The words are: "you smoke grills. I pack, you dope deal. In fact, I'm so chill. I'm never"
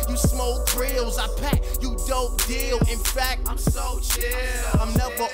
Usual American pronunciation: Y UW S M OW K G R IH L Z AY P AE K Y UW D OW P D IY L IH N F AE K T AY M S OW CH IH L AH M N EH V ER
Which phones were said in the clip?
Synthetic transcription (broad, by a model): Y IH S M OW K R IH L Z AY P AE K Y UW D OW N D IY L IH N F AE K T AY M S OW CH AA AH M N EH V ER